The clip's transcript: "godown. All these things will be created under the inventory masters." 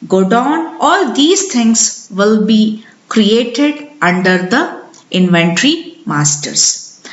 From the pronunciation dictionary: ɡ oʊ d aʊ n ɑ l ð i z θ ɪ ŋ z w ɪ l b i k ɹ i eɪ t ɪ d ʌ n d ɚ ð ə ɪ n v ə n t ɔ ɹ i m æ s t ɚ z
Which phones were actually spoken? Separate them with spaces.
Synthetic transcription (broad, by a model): ɡ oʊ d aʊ n ɑ l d i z t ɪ ŋ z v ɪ l b i k ɹ i eɪ t ɪ d ʌ n d ɚ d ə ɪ n v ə n t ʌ ɹ i m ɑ s t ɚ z